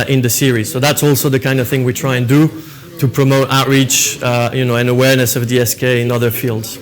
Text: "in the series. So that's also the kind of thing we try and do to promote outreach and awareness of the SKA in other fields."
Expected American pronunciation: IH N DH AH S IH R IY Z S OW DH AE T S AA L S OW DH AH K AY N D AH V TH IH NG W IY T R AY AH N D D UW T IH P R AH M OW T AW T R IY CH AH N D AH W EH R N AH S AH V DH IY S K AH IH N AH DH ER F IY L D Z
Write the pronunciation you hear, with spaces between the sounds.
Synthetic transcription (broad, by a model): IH N DH AH S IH R IY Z S OW DH AE T S AA L S OW DH AH K AY N D AH V TH IH NG W IY T R AY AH N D D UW T IH P R AH M OW T AW T R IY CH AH N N AH W EH R N AH S AH V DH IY S K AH IH N AH DH ER F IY L D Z